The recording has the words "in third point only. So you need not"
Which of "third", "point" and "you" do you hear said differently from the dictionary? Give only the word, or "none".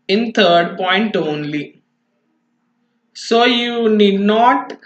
third